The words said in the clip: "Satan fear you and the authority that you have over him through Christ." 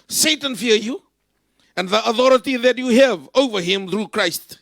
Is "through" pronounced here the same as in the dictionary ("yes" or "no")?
yes